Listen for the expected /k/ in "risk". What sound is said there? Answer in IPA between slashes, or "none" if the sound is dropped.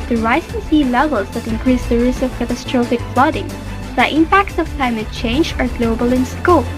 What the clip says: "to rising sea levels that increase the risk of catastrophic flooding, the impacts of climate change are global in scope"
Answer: none